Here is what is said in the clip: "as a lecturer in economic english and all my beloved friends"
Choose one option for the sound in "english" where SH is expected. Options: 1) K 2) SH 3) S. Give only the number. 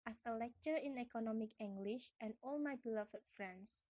2